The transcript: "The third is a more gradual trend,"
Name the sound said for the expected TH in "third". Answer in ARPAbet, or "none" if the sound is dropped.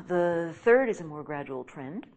TH